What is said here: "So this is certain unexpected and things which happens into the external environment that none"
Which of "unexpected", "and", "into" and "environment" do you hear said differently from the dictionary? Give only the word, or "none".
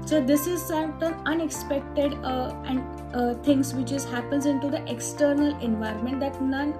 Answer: none